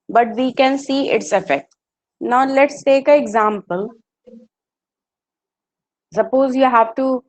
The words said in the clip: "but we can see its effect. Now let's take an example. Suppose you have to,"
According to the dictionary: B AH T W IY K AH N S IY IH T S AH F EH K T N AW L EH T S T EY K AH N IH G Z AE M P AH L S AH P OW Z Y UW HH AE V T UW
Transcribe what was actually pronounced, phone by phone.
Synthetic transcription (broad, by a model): B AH T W IY K AH N S IY IH T S AH F EH K T N AW L EH T S T EY K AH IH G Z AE M P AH L S AH P OW Z Y UW HH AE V T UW